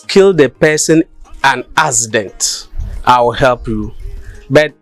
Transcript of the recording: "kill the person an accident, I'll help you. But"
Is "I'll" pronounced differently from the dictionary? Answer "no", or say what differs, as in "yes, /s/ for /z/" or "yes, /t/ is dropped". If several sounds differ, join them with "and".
yes, /w/ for /l/